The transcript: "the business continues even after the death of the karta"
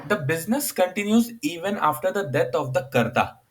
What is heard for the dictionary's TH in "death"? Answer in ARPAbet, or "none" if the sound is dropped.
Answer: T